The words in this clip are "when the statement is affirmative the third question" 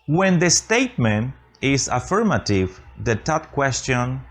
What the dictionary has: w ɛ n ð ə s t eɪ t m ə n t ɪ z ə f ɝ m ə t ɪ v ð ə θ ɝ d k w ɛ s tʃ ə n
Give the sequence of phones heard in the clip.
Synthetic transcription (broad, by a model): w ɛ n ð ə s t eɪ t m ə n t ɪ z ə f ɝ m ə t ɪ v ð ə t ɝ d k w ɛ s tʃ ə n